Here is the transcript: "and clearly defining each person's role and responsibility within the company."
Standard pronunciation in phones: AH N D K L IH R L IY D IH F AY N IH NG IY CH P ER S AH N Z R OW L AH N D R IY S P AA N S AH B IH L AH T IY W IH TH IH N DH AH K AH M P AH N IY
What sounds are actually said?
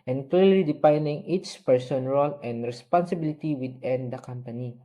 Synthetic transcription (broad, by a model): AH N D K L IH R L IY D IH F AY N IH NG IY CH P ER S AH N R OW L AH N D R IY S P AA N S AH B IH L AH T IY W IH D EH N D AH K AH M P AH N IY